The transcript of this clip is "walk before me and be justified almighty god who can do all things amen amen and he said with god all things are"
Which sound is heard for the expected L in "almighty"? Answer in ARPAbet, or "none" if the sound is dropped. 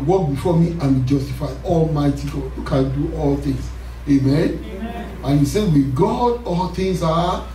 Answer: L